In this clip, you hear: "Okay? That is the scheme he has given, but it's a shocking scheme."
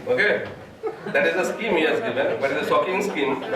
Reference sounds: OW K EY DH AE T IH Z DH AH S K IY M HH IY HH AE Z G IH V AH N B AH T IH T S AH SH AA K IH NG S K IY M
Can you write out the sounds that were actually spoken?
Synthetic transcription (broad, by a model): OW K EY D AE T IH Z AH S K IY M HH IY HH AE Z G IH V AH N B AH T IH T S AH S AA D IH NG S K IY M